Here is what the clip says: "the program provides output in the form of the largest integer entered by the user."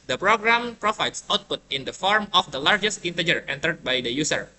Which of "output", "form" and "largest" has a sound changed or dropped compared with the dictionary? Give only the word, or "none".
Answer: none